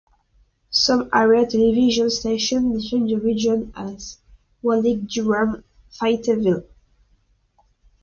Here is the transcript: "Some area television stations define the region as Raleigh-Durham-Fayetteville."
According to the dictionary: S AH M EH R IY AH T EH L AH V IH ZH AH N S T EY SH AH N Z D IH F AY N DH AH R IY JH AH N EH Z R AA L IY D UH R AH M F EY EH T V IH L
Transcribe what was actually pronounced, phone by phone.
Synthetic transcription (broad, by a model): S AH M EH R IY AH T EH L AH V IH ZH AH N S T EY SH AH N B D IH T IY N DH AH R IY JH AH N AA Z W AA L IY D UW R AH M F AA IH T V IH L